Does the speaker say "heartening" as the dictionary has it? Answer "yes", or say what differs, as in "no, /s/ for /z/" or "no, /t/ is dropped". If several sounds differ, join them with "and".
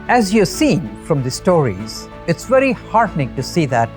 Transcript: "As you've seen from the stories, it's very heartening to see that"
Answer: yes